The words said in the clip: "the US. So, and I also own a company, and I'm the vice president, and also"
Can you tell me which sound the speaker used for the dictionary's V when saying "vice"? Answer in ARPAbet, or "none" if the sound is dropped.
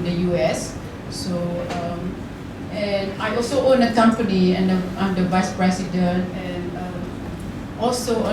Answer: V